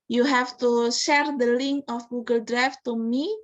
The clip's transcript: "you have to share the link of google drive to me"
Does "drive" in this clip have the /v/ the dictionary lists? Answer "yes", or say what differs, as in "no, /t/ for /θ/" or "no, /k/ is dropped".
no, /f/ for /v/